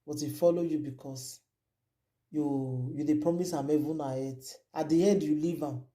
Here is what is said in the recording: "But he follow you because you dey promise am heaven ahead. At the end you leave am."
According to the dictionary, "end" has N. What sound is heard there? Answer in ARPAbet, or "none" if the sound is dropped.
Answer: none